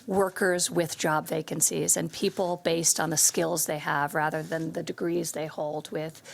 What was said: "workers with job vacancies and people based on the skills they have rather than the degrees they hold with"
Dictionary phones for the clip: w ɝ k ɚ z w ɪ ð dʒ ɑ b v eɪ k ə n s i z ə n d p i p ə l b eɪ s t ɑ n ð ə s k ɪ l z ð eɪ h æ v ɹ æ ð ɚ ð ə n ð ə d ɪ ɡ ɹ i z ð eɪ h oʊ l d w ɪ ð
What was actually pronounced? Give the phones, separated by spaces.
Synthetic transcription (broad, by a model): w ɝ k ɚ z w ɪ ð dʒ ɑ b v eɪ k ə n s i z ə n p i p l b eɪ s t n ð ə s k ɪ l z ð eɪ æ v ɹ æ ð ɚ ð ə n ð ə d ɪ ɡ ɹ i z ð eɪ h oʊ l d w ɪ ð